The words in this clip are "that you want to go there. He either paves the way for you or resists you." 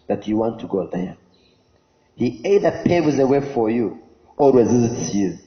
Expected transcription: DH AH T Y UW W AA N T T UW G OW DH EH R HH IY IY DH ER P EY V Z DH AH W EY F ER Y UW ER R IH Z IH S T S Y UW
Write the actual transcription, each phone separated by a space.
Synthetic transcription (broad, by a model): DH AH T Y UW W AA N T T UW G OW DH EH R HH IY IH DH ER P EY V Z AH W EY F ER Y UW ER R IH Z IH S T S Y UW